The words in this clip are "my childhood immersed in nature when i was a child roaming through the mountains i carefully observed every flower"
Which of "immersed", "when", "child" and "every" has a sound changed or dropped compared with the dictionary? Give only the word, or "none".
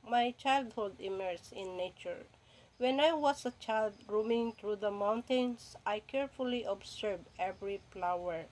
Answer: immersed